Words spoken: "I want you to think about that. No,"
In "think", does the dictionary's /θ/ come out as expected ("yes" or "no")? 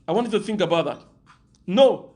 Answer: yes